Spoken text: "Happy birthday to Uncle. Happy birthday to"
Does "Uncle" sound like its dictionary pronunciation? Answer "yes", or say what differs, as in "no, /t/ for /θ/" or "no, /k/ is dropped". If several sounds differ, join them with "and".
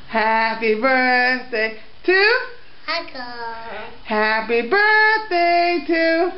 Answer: no, /ŋ/ is dropped